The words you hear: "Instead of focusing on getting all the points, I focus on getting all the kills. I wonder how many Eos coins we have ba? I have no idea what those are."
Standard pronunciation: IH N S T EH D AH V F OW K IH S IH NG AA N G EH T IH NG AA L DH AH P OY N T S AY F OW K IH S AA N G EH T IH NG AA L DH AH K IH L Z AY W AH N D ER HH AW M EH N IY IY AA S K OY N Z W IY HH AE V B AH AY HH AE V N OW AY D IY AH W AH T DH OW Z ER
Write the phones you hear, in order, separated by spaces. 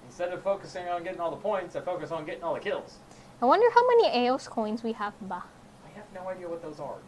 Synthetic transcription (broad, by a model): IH N S T EH D AH V F OW K IH S IH NG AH N G EH T IH NG AA L DH AH P OY N T S AY F OW K IH S N G EH T IH NG AA L DH AH K IH L Z AY W AH N D ER HH AW M EH N IY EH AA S K OY N Z W IY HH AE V B AH AY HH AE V N OW AY D IY AH W AH T DH OW Z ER